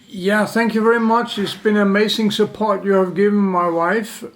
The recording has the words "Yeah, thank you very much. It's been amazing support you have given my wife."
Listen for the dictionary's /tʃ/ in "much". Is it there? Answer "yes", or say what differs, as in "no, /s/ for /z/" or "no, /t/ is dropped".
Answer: yes